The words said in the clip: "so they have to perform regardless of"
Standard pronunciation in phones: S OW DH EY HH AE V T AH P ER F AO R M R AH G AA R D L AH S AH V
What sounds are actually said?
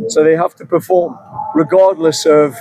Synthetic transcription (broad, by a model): S OW DH EY HH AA F T AH P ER F AO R M R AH G AA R D L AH S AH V